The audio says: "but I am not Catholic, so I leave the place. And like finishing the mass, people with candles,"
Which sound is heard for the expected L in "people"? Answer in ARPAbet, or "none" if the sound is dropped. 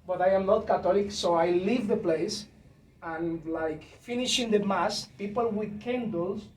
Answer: L